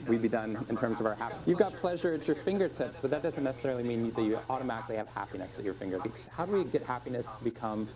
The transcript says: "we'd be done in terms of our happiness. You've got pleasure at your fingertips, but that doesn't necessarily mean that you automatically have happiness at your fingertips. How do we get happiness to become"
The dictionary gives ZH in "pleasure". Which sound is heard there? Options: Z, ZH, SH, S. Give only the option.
ZH